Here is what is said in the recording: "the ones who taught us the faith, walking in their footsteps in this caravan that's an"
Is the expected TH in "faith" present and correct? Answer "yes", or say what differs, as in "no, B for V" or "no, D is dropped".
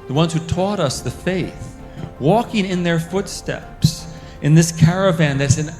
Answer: yes